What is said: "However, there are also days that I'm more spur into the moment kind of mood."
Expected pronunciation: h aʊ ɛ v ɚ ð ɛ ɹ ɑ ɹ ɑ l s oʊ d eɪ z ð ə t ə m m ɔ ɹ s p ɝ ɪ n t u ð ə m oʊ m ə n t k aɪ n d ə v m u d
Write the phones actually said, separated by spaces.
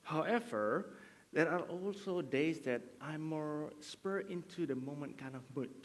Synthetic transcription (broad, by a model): h aʊ ɛ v ɚ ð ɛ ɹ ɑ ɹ ɑ l s oʊ d eɪ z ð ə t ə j m ɔ ɹ s p ɝ ɪ n t u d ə m oʊ m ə n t k aɪ n d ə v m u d